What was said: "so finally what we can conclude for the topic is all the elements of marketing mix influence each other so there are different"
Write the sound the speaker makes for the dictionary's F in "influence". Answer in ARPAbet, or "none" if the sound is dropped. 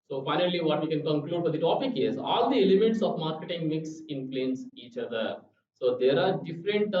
P